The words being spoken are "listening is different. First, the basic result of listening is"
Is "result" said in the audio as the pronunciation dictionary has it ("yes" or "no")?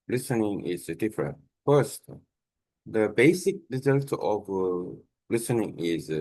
yes